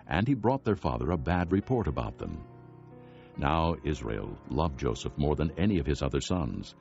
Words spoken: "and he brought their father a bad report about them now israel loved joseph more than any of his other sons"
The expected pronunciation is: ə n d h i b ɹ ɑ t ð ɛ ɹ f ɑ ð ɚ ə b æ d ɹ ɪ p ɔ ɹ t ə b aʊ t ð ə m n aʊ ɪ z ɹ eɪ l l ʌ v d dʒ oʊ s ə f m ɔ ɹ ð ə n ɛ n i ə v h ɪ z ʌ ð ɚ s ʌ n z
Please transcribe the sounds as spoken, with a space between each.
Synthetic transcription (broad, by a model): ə n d i b ɹ ɑ t ð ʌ ɹ f ɑ ð ɚ ə b æ d ɹ ɪ p ɔ ɹ t ə b aʊ t ð ə m n aʊ ɪ z ɹ eɪ l l ʌ v dʒ oʊ s ə f m ɔ ɹ ð ə n ɛ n i ə v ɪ z ʌ ð ɚ s ʌ n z